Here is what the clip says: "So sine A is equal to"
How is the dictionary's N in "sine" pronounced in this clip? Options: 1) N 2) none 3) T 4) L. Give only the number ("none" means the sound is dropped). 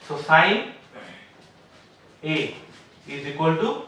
2